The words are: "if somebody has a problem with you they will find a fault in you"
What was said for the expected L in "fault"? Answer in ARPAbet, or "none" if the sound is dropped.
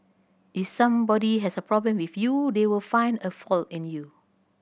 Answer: L